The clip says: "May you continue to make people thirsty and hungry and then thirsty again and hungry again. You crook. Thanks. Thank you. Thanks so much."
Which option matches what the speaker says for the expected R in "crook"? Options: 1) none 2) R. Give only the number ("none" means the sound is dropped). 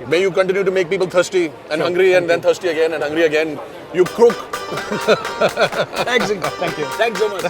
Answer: 1